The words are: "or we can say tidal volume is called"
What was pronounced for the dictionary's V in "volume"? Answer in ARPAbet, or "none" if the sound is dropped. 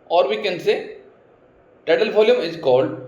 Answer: F